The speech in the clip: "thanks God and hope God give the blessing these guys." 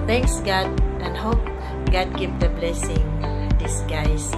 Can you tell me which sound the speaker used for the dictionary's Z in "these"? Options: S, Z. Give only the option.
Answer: S